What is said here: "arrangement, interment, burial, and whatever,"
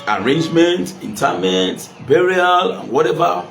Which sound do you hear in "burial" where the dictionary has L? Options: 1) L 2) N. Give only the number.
1